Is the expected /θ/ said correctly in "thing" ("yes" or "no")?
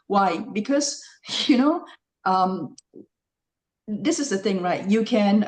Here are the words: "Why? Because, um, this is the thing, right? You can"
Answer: yes